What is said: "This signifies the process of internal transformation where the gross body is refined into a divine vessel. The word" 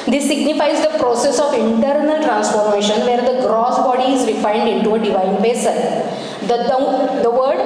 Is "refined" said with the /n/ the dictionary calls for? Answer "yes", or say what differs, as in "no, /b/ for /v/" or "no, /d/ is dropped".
no, /l/ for /n/